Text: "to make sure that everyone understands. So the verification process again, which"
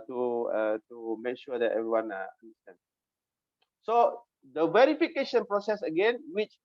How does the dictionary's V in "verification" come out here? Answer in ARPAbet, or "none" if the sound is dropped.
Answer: V